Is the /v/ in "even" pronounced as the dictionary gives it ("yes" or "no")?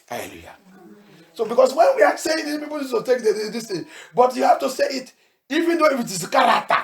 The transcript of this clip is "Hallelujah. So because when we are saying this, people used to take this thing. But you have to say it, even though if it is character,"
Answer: yes